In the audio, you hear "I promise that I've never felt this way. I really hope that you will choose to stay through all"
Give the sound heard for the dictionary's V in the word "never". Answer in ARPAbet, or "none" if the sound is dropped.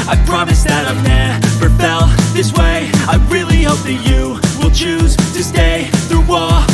F